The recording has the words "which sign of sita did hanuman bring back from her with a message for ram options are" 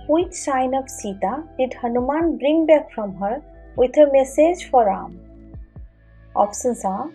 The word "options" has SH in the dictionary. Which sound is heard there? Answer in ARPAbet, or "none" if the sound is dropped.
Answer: S